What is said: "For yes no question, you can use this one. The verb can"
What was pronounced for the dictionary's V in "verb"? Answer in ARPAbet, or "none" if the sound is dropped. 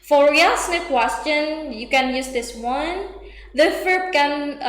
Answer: F